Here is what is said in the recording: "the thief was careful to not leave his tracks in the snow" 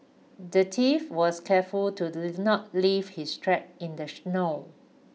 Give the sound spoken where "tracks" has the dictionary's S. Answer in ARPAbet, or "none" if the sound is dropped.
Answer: none